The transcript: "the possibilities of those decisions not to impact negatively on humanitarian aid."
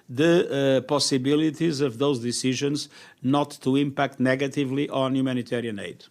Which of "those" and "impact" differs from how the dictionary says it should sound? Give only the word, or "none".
none